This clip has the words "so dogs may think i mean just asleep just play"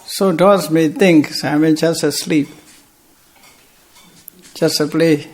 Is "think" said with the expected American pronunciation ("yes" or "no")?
no